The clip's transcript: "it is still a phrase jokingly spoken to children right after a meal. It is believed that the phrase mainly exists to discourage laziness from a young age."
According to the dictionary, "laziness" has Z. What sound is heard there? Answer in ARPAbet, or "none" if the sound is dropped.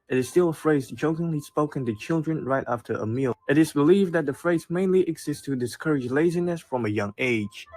Z